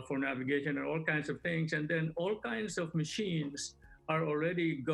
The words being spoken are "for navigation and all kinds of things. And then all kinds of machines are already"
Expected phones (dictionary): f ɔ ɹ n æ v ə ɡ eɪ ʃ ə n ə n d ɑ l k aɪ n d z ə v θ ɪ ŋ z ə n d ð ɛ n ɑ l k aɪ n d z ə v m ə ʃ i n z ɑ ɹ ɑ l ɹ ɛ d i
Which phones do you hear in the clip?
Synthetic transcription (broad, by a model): f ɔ ɹ n æ v ə ɡ eɪ ʃ ə n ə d ɑ l k aɪ n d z ə v t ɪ ŋ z ə n d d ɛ n ɑ l k aɪ n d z ə v m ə ʃ i n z ɑ ɹ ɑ l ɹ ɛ d i